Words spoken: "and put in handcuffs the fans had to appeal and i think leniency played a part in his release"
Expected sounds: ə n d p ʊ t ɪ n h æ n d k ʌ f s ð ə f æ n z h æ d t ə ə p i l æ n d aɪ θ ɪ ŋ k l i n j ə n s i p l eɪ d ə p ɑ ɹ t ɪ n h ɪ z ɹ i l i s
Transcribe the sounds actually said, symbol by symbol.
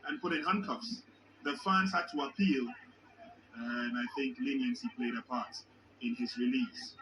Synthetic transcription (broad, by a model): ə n p ʊ t ɪ n h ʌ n k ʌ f s ð ə f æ n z h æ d t ə ə p i l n aɪ θ ɪ ŋ k l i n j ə n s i p l eɪ d ə p ɑ ɹ t ɪ n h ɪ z ɹ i l i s